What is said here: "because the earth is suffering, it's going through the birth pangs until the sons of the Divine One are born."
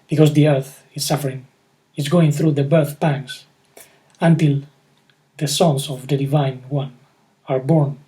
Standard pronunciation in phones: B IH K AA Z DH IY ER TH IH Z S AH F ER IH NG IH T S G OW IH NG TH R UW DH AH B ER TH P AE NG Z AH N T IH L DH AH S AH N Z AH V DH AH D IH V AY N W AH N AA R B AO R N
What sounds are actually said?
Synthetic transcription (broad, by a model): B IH K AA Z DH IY ER TH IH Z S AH F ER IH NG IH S G OW IH NG TH R UW DH AH B ER TH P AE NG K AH N T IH L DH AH S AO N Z AH V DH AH D IH V AY N W AH N AA R B AO R N